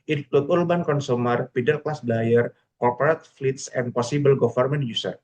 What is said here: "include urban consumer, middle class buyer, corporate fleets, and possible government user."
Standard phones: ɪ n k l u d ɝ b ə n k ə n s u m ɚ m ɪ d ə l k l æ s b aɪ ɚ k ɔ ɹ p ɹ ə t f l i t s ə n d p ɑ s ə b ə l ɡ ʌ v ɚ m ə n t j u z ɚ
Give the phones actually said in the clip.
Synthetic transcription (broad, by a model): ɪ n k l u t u b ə n k ə n s u m ɚ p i d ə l k l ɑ s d aɪ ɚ k ɔ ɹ p ɹ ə t f l i t s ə n p ɑ s ə b ə l ɡ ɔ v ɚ m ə n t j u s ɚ